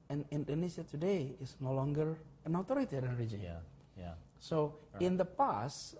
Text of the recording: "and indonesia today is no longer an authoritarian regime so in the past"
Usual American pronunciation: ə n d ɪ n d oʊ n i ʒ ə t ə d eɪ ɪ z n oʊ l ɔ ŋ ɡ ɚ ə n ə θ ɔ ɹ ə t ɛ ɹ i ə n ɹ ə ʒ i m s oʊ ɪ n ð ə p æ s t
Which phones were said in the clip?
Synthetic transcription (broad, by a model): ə n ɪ n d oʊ n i ʃ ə t ə d eɪ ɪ s n oʊ l ɔ ŋ ɡ ɚ ə n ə t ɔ ɹ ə t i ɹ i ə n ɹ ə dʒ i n s oʊ ɪ n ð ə p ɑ s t